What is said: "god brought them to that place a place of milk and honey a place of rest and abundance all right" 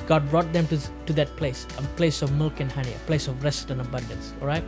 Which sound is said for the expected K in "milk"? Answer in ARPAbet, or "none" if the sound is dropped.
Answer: K